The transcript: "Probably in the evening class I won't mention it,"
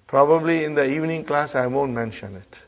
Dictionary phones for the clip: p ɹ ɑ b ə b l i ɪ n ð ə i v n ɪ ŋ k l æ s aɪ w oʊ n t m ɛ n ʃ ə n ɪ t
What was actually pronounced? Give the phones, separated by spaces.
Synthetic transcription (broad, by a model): p ɹ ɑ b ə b l i ɪ n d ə i v n ɪ ŋ k l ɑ s aɪ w oʊ n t m ɛ n ʃ ə n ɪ t